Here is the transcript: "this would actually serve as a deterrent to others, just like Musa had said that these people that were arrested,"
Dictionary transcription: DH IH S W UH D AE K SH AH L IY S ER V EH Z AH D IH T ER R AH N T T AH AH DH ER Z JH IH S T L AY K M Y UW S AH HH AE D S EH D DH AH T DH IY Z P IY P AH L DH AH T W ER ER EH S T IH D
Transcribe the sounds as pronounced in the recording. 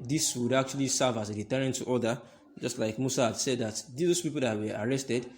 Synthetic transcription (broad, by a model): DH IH S W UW D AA K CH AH L IY S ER V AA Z AH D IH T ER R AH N T T AH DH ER JH IH S T L AY K M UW S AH HH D S EH D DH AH T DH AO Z P IY P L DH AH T W ER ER EH S T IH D